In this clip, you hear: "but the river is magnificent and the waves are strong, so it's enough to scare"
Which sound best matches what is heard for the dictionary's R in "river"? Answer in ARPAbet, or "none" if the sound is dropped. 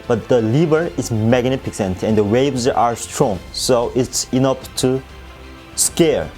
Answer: L